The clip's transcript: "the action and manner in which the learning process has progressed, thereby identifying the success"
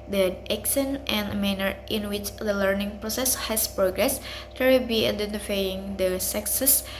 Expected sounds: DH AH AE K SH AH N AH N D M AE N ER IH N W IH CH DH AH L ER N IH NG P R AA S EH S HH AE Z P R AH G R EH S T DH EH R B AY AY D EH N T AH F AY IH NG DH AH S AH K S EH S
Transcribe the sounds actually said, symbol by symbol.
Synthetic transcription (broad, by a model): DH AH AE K S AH N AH N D M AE N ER IH N W IH CH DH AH L ER N IH NG P R AA S EH S HH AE S P R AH G R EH S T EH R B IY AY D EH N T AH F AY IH NG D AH S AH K S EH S